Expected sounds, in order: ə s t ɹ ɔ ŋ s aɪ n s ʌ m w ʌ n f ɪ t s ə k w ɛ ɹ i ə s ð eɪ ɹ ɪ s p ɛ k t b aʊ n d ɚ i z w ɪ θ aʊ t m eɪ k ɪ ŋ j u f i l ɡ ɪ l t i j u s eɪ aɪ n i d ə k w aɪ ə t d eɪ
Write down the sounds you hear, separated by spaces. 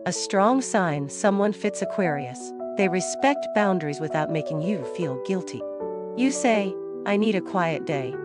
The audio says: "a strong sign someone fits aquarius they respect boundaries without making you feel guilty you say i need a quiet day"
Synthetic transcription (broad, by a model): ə s t ɹ ɔ ŋ s aɪ n s ʌ m w ʌ n f ɪ t s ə k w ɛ ɹ i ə s ð eɪ ɹ ɪ s p ɛ k t b aʊ n d ɚ i z w ɪ θ aʊ t m eɪ k ɪ ŋ j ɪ f i l ɡ ɪ l t i j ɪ s eɪ aɪ n i d ə k w aɪ ə t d eɪ